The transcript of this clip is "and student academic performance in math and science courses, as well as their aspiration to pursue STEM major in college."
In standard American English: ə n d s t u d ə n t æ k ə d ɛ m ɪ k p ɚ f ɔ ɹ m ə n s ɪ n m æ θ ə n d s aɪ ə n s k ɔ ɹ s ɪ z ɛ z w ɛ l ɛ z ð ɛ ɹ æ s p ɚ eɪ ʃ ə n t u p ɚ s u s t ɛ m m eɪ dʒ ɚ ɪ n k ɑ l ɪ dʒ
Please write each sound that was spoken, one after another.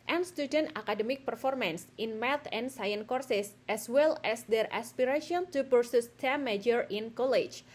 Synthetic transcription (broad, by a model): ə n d s t u d ə n t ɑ k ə d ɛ m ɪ k p ɚ f ɔ ɹ m ə n s ɪ n m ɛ t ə n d s aɪ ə n k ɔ ɹ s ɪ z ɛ s w ɛ l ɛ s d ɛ ɹ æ s p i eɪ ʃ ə n t u p ɚ s u s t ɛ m m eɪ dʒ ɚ ɪ n k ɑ l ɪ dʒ